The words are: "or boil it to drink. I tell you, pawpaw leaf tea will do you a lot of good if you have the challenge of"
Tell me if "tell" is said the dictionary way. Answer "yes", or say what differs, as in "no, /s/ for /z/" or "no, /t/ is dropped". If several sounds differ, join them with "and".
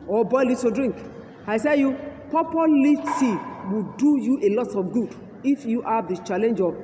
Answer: no, /s/ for /t/